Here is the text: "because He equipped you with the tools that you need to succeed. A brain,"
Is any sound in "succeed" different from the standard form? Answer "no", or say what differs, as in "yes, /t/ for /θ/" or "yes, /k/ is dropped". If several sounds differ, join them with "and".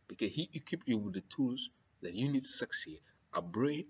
yes, /d/ is dropped